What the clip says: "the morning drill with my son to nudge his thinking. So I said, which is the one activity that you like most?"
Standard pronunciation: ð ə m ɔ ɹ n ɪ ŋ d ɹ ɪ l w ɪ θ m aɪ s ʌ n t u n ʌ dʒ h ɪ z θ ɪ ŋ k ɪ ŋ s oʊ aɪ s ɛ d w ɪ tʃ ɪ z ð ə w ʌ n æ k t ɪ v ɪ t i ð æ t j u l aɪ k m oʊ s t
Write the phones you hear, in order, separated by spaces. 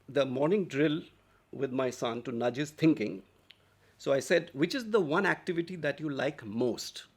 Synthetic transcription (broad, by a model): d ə m ɔ ɹ n ɪ ŋ d ɹ ɪ l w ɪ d m aɪ s ʌ n t u n ʌ dʒ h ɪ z t ɪ ŋ k ɪ ŋ s oʊ aɪ s ɛ d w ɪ tʃ ɪ z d ə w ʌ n æ k t ɪ v ɪ t i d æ t j u l aɪ k m oʊ s t